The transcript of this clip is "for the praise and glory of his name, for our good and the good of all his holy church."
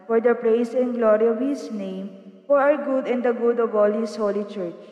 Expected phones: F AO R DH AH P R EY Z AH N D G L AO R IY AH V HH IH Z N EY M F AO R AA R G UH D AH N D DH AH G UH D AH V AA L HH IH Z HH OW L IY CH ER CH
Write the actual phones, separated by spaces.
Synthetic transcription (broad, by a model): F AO R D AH P R EY S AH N G L AO R IY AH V HH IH S N EY M F AO R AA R G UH D AH N D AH G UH D AH V AA L HH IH S HH OW L IY CH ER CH